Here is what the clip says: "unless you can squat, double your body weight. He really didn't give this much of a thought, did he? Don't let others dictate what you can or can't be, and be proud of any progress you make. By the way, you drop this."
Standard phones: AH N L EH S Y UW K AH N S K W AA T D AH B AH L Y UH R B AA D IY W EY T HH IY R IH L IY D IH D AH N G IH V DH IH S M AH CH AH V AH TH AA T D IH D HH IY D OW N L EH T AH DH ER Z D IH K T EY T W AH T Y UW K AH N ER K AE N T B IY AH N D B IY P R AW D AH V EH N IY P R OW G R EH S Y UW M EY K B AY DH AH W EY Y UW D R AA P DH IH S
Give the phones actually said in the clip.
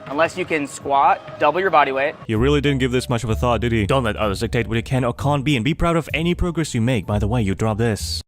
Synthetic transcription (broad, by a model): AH N L EH S Y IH K AH N S K W AA T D AH B L Y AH R B AA D IY W EY T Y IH R IH L IY D IH D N G IH V DH IH S M AH CH AH V AH TH AA T D IH D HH IY D OW N L EH T AH DH ER Z D IH K T EY T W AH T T K AH N ER K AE N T B IY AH N B IY P R AW D AH V EH N IY P R OW G R EH S Y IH M EY K B AY DH AH W EY Y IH D R AA P DH IH S